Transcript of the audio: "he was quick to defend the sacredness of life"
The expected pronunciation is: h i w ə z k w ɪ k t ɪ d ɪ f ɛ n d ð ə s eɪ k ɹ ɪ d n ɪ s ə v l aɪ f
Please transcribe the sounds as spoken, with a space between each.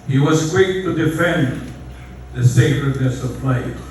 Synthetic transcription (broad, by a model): h i w ə z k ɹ ɪ t ɪ d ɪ f ɛ n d ð ə s eɪ k ɹ ɪ d n ɪ s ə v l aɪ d